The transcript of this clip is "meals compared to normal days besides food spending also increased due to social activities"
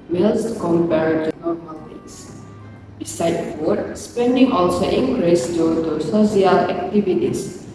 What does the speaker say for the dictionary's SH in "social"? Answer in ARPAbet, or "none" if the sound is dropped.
S